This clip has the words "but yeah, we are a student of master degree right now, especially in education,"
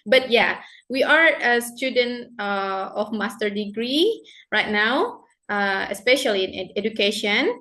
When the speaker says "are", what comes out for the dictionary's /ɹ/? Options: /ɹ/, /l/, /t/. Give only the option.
/ɹ/